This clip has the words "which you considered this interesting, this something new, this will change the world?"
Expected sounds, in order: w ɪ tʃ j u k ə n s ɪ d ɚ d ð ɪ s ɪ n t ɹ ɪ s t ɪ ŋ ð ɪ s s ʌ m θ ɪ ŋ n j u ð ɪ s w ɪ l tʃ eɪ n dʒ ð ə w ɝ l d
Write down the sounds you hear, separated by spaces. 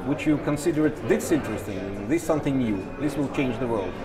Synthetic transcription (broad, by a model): w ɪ tʃ j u k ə n s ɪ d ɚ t ð ɪ s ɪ n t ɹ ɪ s t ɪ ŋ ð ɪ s s ʌ m θ ɪ ŋ n j u ð ɪ s w ɪ l tʃ eɪ n dʒ ð ə w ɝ l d